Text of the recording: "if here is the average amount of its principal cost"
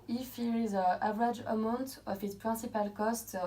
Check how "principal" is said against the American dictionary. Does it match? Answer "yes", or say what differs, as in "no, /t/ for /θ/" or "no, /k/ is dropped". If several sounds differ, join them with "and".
no, /n/ is dropped